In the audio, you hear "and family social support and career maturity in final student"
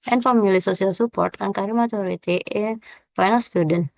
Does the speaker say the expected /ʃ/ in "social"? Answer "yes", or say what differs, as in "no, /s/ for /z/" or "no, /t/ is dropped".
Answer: no, /s/ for /ʃ/